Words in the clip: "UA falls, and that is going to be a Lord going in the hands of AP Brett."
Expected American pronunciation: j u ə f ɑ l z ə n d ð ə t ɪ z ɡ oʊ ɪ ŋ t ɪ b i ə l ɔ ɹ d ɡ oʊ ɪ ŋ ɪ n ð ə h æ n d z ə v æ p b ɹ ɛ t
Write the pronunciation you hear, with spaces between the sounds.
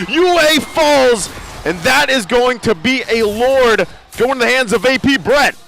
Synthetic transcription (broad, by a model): j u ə f ɑ l z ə n ð ə t ɪ z ɡ oʊ ɪ ŋ t ɪ b i ə l ɔ ɹ d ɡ oʊ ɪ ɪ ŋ ð ə h æ n d z ə v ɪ p b ɹ ɛ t